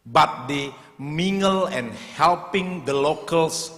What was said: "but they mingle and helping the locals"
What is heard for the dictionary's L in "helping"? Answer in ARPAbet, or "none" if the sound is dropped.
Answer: L